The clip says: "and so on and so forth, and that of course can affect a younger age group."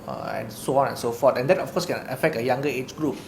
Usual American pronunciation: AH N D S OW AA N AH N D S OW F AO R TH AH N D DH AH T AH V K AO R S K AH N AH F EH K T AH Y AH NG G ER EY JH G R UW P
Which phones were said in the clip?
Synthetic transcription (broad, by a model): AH N S OW AA N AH N S OW F AO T AH N D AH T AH F K AO S K AH N AH F EH K T AH Y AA NG G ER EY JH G R UW P